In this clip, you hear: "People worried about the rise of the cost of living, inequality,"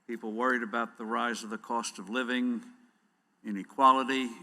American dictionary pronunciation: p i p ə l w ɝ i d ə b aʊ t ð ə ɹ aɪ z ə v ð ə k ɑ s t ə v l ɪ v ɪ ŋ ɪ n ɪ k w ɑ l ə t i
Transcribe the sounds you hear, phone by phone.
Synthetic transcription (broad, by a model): p i p l w ɝ i d ə b aʊ t ð ə ɹ aɪ z ə v ð ə k ɑ s t ə v l ɪ v ɪ ŋ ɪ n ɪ k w ɑ l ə t i